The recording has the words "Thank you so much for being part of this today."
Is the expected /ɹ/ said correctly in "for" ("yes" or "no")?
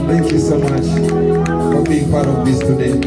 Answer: no